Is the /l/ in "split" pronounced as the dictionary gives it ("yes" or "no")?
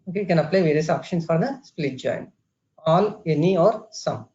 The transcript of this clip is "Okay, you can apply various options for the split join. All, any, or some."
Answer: yes